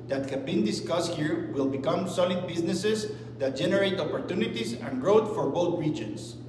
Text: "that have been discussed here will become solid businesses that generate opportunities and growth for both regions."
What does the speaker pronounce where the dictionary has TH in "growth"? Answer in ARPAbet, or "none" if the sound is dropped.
T